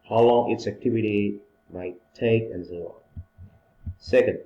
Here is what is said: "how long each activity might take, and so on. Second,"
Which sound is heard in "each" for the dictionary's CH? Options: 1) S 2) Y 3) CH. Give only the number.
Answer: 1